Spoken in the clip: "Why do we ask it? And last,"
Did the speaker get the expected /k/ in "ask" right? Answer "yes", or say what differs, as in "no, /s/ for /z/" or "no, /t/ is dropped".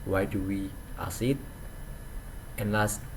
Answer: no, /k/ is dropped